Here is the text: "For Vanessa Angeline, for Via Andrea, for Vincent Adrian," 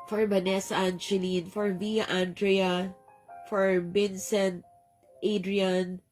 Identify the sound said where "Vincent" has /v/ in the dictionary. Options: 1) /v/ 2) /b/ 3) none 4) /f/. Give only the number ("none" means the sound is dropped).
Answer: 2